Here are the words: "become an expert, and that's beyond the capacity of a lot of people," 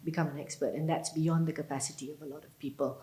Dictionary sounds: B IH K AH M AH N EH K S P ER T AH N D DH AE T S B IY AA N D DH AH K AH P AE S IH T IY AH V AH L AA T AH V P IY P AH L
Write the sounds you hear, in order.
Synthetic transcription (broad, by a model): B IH K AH M AH N EH K S P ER T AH N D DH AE T S B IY AA N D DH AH K AH P AE S IH T IY AH V AH L AA T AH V P IY P AH L